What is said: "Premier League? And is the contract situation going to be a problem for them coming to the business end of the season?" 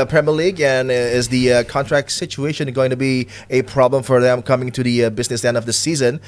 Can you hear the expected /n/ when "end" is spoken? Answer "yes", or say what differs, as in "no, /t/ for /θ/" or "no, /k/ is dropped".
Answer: yes